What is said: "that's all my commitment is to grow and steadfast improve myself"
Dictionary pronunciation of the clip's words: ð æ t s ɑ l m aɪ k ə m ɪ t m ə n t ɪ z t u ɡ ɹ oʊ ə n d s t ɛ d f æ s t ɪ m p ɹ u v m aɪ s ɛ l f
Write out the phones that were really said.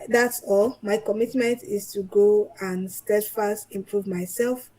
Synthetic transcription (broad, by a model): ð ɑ t s ɑ l m aɪ k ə m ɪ t m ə n t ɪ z t u ɡ oʊ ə n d s t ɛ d f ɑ s t ɪ m p ɹ u v m aɪ s ɛ l f